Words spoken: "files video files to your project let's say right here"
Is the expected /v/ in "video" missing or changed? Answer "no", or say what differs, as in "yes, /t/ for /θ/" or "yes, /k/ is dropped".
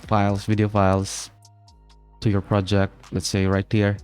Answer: no